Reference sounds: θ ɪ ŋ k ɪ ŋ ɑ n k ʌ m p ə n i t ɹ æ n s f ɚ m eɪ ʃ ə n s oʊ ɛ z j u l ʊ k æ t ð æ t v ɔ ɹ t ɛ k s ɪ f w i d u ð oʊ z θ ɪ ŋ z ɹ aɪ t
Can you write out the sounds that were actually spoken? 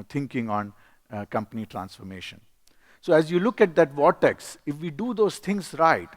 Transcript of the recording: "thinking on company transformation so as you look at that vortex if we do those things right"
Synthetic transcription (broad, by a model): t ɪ ŋ k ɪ ŋ ɑ n k ʌ m p ə n i t ɹ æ n s f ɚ m eɪ ʃ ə n s oʊ ɛ z j u l ʊ k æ t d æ t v ɔ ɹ t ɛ k s ɪ f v i d u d oʊ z t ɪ ŋ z ɹ aɪ t